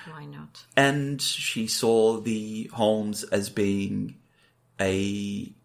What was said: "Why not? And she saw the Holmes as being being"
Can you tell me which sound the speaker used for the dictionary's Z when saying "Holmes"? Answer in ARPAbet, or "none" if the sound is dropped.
Z